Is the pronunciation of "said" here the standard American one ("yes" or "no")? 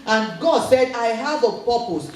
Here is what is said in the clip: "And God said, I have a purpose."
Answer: yes